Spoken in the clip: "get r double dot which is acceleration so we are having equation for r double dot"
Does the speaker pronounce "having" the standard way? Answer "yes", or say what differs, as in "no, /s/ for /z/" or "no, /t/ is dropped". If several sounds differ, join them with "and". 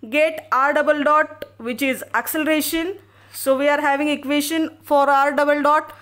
yes